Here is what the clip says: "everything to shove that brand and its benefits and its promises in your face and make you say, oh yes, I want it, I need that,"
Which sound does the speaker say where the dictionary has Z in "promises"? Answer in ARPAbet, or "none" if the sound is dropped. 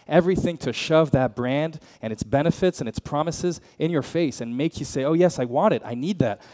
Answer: Z